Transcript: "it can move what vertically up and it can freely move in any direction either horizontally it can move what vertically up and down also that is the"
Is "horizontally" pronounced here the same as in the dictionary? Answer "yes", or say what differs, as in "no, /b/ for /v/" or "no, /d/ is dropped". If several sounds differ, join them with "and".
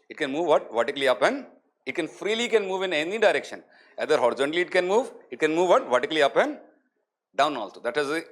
no, /l/ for /n/